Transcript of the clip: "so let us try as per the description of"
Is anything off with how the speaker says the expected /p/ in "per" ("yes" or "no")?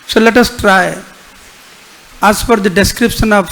yes